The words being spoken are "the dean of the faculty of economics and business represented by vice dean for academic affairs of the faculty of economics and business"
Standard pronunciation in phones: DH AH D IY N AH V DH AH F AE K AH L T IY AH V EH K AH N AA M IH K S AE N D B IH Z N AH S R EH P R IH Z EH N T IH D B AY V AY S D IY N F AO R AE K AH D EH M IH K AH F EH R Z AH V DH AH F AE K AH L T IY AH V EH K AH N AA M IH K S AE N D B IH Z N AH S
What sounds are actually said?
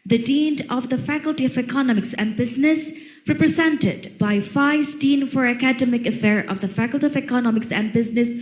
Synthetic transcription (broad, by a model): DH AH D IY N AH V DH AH F AE K AH L T IY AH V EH K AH N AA M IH K S AE N D B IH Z N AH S R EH P R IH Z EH N T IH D B AY F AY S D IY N F AO R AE K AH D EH M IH K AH F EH R AH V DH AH F AE K AH L T IY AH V EH K AH N AA M IH K S AE N D B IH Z N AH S